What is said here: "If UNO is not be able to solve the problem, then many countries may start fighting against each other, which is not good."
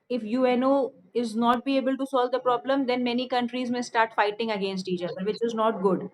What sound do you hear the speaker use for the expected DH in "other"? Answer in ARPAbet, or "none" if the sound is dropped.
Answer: none